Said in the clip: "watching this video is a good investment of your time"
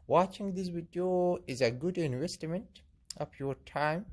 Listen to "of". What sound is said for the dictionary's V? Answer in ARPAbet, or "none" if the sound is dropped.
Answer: P